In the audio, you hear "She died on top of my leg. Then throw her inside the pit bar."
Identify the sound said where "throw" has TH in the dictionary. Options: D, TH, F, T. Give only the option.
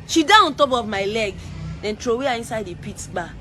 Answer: T